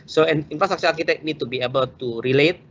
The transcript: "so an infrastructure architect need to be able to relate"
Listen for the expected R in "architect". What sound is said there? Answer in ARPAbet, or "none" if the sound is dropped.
L